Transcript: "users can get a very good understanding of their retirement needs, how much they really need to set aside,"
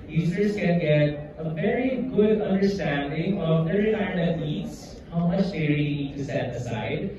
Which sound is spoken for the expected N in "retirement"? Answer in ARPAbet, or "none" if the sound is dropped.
none